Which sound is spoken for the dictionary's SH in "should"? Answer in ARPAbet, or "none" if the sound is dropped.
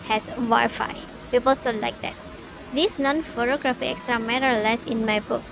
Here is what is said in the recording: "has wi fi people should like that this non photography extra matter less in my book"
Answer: S